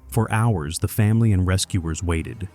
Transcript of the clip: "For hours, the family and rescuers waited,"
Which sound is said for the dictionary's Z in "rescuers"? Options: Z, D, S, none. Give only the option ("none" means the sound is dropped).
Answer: Z